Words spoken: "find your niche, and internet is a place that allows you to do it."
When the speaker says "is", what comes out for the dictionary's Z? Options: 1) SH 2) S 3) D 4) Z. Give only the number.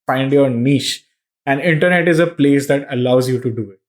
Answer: 4